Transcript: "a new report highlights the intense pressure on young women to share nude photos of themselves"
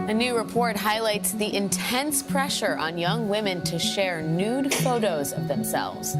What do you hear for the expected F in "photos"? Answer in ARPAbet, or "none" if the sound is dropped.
F